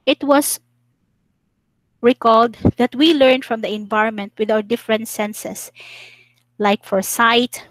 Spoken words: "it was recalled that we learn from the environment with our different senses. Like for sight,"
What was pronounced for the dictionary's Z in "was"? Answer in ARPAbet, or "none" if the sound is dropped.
S